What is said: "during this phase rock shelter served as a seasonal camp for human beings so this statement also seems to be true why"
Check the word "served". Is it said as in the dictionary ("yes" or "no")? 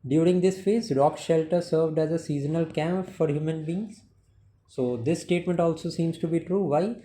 yes